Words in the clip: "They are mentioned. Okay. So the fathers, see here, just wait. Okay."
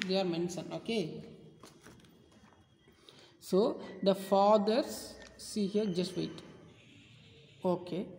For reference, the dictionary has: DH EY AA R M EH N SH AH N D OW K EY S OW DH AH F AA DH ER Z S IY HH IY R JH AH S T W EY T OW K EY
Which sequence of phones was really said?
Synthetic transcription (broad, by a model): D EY AA R M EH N S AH N OW K EY S OW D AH F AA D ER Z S IY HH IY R JH AH S T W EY T OW K EY